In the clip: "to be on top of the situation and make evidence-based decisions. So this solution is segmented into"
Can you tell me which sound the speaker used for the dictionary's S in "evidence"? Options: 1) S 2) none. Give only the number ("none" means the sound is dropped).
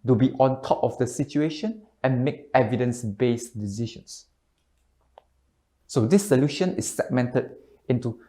1